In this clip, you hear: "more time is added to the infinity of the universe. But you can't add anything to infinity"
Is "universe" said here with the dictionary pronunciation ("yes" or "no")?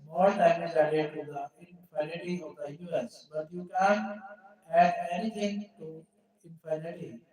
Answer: no